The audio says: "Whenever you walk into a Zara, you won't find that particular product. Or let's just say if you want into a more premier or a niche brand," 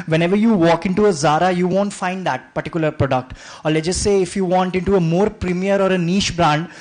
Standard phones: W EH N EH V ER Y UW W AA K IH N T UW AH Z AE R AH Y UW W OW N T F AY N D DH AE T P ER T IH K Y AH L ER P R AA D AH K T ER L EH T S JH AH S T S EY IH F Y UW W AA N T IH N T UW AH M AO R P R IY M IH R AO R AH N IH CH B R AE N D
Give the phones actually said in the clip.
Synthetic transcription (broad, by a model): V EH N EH V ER Y UW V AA K IH N T UW AH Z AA R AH Y UW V OW N T F AY N D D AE T P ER T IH K Y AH L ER P R AA D AH K T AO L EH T JH AH S T S EY IH F Y UW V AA N T IH N T UW AH M AO R P R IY M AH R AO R AH N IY SH B R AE N D